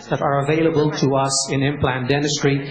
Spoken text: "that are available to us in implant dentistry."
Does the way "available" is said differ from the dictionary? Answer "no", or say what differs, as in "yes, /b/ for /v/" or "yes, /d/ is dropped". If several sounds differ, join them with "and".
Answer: no